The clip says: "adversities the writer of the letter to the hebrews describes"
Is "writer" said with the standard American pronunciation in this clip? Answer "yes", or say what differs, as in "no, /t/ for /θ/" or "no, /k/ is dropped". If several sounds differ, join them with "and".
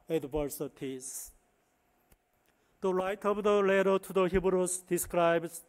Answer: no, /l/ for /ɹ/